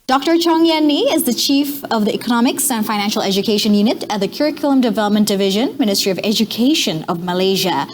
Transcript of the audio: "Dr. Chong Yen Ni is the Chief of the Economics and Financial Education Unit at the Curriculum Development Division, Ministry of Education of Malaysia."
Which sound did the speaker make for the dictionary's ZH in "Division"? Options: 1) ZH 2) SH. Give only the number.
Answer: 1